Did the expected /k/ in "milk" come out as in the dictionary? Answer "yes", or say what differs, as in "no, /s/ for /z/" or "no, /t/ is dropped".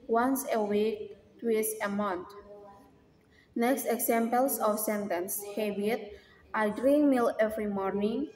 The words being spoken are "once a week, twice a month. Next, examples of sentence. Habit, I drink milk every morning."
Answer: no, /k/ is dropped